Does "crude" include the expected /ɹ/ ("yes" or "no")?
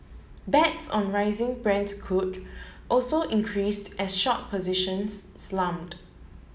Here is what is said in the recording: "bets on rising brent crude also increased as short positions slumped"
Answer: no